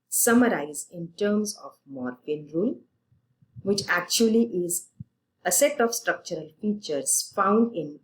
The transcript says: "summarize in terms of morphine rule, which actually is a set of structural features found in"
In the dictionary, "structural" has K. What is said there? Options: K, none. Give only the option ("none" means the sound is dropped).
K